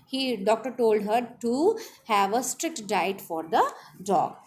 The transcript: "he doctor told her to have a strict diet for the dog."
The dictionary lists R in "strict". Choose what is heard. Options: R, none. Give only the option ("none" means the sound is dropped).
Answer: R